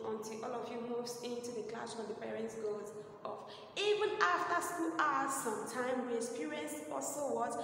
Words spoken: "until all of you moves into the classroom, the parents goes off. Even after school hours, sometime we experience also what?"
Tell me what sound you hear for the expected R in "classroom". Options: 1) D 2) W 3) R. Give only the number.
2